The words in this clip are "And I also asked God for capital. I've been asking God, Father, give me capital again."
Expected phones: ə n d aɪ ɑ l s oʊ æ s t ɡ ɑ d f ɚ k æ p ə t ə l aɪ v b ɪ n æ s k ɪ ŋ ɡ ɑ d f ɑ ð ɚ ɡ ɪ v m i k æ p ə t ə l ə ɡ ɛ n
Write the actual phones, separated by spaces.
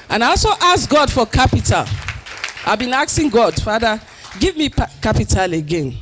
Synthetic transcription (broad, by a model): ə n aɪ ɑ l s oʊ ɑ s ɡ ɑ d f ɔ k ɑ p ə t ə l aɪ v b ɪ n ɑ s ɪ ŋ ɡ ɑ d f ɑ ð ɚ ɡ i v m i k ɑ p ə t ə l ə ɡ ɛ n